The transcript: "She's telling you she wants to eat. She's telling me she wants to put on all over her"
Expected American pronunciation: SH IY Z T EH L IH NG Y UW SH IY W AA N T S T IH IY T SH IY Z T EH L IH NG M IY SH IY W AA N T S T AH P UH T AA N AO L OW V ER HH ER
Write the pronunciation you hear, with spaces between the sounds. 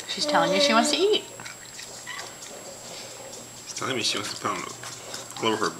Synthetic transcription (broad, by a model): SH IY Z T EH L IH NG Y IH SH IY W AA N S T IH IY T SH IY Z T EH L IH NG M IY SH IY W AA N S T AH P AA UH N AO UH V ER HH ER